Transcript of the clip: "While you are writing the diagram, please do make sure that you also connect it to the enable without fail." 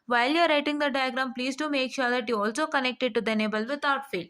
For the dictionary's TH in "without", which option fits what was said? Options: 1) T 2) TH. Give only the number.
1